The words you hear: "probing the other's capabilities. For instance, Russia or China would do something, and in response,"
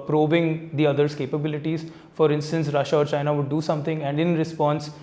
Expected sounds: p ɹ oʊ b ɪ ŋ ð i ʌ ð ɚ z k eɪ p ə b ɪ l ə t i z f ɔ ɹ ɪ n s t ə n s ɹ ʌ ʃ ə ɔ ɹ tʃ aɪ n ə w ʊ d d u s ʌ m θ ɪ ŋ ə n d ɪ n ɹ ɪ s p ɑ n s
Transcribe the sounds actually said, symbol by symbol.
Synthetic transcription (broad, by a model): p ɹ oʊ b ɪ ŋ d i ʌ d ɚ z k eɪ p ə b ɪ l ə t i z f ɔ ɹ ɪ n s t ə n s ɹ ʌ ʃ ɔ ɹ tʃ aɪ n ə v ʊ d d u s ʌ m t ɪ ŋ ə n d ɪ n ɹ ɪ s p ɑ n s